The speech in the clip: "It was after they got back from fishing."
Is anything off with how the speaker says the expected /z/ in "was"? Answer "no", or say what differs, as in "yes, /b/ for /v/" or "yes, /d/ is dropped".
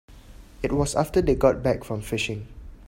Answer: yes, /s/ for /z/